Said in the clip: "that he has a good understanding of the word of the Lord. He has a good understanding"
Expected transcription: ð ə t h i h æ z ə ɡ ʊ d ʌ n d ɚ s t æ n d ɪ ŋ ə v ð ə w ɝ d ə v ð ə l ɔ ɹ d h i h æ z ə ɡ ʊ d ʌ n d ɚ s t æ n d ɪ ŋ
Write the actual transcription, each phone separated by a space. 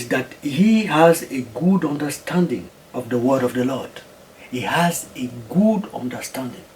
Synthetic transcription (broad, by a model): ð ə t h i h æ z ə ɡ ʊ d ʌ n d ɚ s t æ n d ɪ ŋ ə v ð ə w ɝ d ə v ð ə l ɔ ɹ d h i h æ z ə ɡ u d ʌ n d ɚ s t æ n d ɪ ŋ